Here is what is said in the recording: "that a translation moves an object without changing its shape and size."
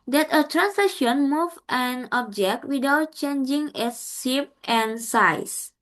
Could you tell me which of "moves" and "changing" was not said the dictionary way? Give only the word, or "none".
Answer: moves